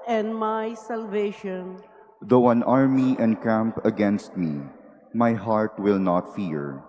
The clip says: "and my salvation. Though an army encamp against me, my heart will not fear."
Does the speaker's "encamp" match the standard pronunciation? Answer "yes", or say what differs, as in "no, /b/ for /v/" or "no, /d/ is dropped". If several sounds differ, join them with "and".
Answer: yes